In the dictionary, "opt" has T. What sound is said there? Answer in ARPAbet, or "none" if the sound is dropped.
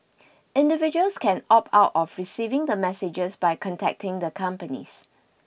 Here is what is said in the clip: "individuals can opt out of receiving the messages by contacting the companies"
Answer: none